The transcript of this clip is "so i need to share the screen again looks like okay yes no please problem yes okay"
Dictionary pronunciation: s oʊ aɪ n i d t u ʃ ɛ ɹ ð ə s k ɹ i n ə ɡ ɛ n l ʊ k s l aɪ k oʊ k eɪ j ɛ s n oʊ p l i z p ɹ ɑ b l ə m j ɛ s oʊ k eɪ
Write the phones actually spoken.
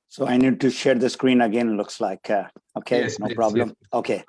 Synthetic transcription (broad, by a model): s oʊ aɪ n i d t u ʃ ɛ ɹ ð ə s k ɹ i n ə ɡ ɛ n l ʊ k s l aɪ k oʊ k eɪ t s n oʊ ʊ p ɹ ɑ b l ə m oʊ k eɪ